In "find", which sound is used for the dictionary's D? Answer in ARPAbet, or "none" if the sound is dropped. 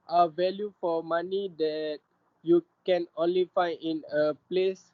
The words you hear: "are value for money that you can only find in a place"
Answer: none